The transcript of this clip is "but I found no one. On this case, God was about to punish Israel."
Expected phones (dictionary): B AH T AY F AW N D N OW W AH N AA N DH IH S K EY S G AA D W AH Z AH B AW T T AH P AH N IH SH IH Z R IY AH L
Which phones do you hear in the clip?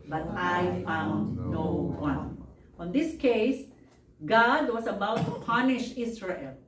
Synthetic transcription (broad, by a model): B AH T AY F AW N D N OW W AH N AA N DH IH S K EY S G AA D W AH S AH B AW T T AH P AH N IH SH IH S R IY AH L